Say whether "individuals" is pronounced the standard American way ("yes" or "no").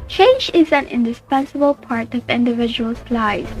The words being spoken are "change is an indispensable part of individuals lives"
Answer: no